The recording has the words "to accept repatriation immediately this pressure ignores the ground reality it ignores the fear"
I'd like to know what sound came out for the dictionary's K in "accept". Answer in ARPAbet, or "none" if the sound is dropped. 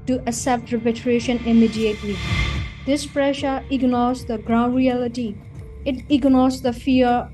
none